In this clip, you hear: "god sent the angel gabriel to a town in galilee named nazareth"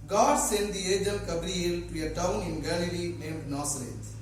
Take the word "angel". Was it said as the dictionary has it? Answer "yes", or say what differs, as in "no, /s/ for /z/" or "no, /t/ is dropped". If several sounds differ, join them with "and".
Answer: no, /n/ is dropped